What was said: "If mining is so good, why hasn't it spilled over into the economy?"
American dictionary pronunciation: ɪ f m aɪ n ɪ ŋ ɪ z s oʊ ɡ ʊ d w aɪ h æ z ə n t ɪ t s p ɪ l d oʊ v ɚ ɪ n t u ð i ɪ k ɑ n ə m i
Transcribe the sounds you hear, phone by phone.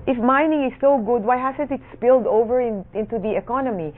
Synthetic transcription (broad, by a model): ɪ f m aɪ n ɪ ŋ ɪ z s oʊ ɡ ʊ d w aɪ h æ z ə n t ɪ t s p ɪ l d oʊ v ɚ ɪ n t u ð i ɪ k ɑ n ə m i